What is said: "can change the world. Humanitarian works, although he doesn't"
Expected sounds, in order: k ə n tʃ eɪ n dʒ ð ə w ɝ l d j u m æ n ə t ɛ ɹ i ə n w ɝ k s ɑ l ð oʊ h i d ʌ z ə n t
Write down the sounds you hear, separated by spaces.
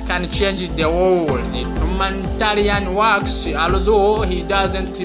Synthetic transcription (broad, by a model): k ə n tʃ eɪ n dʒ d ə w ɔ w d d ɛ m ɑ n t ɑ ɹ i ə n w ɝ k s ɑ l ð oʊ h i d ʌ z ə n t